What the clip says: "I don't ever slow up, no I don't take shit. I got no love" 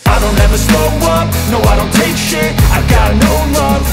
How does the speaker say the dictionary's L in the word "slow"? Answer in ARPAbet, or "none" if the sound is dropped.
none